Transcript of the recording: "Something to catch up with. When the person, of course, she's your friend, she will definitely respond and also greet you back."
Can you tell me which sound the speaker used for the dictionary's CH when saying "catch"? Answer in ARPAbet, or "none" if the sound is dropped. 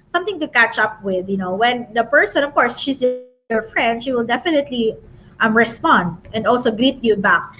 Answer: CH